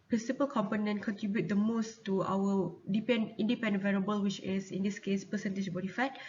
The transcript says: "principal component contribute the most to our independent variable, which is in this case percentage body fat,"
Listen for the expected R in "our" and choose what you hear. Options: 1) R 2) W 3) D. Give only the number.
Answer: 2